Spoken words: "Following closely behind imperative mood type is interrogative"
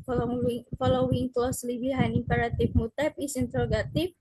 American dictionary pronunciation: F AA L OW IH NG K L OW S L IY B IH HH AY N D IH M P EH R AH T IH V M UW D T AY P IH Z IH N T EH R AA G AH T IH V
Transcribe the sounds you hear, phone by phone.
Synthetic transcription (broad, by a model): F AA L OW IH NG K L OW S L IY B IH HH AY N IH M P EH R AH T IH F M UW T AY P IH S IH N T R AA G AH T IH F